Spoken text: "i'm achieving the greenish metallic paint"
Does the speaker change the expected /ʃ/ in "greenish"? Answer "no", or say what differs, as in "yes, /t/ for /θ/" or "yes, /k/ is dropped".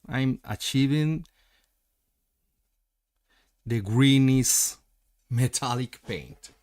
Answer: yes, /s/ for /ʃ/